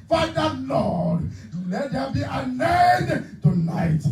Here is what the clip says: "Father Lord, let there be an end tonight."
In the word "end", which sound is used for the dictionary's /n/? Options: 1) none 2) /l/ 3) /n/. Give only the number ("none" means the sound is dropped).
1